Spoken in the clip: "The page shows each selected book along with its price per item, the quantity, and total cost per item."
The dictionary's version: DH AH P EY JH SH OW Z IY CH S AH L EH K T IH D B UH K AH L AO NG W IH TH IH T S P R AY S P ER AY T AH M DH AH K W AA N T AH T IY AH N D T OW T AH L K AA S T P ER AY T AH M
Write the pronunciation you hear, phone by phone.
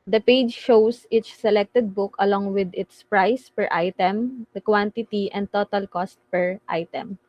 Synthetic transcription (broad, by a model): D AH P EY JH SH OW S IY CH S AH L EH K T IH D B UH K AH L AO NG W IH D IH T S P R AY S P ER AY T AH M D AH K W AA N T AH T IY AH N D T OW T AH L K AA S T P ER AY T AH M